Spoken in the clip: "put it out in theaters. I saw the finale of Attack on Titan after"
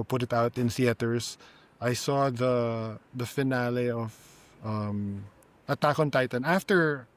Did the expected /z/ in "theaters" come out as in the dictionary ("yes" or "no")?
no